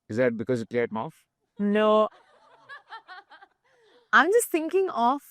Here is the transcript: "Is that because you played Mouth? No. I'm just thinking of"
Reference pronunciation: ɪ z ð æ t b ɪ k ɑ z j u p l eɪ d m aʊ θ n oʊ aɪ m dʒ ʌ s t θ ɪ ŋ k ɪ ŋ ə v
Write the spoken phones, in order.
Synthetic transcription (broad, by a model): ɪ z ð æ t b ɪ k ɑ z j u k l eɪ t m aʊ f n oʊ aɪ m dʒ ʌ s t t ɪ ŋ k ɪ ŋ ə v